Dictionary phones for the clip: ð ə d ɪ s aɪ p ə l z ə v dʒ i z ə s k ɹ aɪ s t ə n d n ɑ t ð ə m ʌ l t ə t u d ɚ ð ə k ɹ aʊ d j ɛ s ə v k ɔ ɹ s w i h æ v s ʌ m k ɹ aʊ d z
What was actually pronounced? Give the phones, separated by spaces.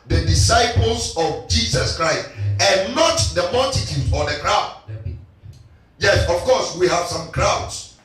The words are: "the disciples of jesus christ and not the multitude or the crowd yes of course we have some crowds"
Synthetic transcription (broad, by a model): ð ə d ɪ s aɪ p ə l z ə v dʒ i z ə s k ɹ aɪ s t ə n n ɑ t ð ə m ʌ t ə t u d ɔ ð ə k ɹ aʊ d j ɛ s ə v k ɔ s w i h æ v s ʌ m k ɹ aʊ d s